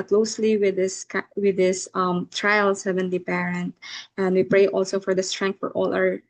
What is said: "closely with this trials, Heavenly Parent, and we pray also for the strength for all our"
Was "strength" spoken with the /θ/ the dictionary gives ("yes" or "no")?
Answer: no